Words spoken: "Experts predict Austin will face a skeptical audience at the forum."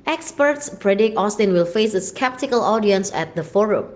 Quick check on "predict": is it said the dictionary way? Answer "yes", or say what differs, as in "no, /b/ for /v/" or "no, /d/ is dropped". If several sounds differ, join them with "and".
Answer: no, /t/ is dropped